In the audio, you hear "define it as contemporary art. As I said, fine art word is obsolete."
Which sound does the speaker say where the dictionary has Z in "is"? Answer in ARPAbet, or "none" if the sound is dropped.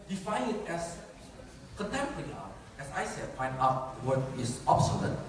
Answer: S